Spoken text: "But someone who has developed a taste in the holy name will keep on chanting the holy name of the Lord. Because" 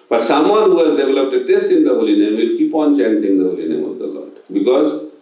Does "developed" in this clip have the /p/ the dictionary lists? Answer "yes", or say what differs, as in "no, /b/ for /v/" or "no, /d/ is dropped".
yes